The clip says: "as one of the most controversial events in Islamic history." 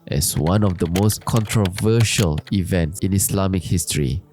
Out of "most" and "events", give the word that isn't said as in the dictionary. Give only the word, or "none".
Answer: none